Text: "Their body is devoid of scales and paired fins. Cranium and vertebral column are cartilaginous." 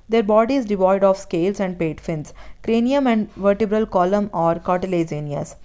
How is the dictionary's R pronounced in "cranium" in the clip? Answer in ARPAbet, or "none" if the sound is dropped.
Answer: R